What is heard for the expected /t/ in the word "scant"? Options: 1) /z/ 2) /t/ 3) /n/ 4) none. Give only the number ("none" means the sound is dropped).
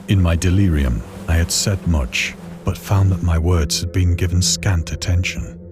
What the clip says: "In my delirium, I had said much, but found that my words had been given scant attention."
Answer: 2